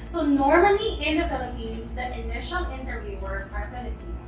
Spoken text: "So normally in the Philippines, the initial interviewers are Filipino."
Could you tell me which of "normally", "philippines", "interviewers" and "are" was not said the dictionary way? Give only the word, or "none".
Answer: none